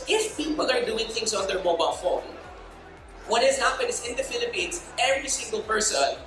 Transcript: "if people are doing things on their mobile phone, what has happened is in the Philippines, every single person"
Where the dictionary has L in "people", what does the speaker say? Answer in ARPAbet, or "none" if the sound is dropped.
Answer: N